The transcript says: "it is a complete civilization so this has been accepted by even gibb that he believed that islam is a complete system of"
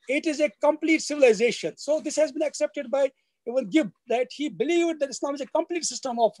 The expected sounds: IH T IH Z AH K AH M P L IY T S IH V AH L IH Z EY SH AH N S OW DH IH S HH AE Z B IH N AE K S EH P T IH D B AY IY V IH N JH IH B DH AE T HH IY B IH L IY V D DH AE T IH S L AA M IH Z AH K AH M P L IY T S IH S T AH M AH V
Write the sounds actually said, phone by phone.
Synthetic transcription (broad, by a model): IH T IH Z AH K AH M P L IY T S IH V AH L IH Z EY SH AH N S OW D IH S HH AE Z B IH N AE K S EH P T IH D B AY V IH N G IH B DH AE T HH IY B IH L IY V D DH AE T IH S L AA M IH Z AH K AH M P L IY T S IH S T AH M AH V